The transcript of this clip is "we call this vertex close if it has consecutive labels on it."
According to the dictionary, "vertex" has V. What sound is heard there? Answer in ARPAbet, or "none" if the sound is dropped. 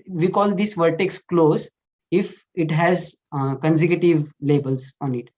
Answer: V